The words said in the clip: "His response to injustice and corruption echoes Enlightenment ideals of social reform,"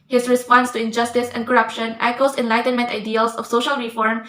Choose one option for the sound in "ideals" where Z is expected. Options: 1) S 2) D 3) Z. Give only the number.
1